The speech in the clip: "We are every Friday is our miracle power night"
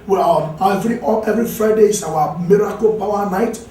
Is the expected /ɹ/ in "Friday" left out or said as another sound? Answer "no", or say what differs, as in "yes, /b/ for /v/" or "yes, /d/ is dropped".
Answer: no